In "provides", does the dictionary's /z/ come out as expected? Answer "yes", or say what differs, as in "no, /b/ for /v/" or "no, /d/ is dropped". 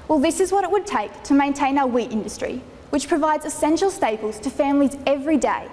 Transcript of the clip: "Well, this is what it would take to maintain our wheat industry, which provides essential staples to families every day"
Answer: yes